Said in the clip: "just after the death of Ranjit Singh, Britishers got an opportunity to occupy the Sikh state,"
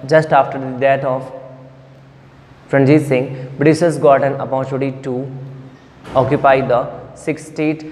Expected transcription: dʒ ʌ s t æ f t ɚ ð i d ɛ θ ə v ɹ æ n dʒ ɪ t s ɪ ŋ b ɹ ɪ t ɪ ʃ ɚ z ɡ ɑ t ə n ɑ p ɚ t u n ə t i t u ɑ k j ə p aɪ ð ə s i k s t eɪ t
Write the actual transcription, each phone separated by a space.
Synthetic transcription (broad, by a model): dʒ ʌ s t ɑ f t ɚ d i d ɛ t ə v ɹ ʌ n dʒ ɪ s ɪ ŋ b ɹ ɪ s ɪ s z ɡ ɑ t ə n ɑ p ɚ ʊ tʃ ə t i t u ɑ k j ə p aɪ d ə s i k s t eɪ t